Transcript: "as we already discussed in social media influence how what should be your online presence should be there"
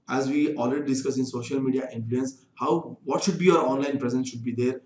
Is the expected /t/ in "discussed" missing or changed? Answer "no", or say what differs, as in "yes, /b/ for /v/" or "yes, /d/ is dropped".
yes, /t/ is dropped